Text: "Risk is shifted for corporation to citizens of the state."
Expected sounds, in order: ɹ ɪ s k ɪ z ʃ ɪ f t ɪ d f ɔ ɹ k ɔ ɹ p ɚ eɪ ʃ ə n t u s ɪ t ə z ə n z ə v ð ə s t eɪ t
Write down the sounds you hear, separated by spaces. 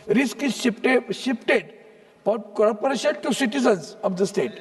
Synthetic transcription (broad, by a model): ɹ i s k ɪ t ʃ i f t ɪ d p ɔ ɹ k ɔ ɹ p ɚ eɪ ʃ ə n t u s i t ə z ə n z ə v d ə s t eɪ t